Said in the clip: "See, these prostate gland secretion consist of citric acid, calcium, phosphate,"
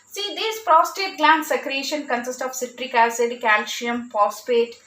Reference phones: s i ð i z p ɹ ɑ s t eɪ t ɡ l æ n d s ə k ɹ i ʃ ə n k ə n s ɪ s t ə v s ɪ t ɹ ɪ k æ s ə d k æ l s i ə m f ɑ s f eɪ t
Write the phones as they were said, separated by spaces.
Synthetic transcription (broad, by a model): s i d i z p ɹ ɑ s t eɪ t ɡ l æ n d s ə k ɹ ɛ ʃ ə n k ə n s ɪ s t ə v s ɪ t ɹ ɪ k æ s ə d k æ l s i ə m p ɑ s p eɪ t